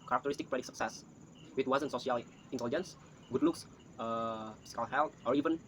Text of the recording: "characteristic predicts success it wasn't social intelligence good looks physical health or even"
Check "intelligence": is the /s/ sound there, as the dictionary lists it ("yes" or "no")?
yes